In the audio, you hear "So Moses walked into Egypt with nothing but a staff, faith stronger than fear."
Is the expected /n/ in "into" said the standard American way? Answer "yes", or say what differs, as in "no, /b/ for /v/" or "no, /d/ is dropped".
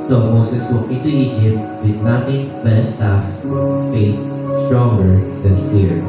no, /n/ is dropped